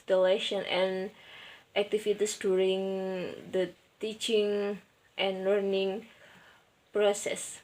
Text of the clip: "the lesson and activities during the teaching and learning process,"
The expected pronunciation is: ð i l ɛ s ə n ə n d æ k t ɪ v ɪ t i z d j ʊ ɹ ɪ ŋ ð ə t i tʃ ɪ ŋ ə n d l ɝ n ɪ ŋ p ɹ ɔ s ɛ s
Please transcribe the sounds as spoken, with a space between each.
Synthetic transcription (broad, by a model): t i l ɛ ʃ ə n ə n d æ k t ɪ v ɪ t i s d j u ɹ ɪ ŋ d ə t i tʃ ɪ ŋ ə n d l ɝ n ɪ ŋ p ɹ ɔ s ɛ s